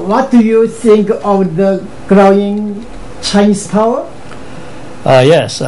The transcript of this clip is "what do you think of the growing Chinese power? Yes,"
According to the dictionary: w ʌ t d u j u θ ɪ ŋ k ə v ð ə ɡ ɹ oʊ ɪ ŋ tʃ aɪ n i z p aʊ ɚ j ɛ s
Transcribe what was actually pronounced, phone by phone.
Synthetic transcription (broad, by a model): w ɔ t d u j u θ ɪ ŋ k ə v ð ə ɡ ɹ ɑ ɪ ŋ tʃ aɪ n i s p aʊ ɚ j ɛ s